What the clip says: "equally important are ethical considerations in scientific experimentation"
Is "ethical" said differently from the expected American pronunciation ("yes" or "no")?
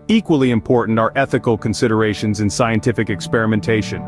no